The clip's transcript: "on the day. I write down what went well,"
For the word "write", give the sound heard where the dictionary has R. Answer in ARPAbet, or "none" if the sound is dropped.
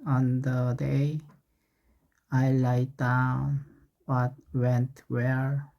L